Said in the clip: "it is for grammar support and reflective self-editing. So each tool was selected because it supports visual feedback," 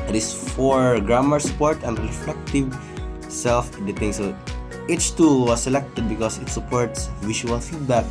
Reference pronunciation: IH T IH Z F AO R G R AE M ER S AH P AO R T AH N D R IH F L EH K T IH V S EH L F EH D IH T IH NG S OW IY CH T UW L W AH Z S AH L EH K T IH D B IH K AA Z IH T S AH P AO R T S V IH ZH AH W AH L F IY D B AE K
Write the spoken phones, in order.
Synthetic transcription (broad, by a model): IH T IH S F AO R G R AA M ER S AH P AO R T AH N D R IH F L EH K T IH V S EH L F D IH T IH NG S OW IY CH T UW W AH S AH L EH K T IH D B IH K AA S IH T S AH P AO R T S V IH SH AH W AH L F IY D B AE K